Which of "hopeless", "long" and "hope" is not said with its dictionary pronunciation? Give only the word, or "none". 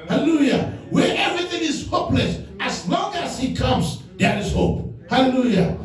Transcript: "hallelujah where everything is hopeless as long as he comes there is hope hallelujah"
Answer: none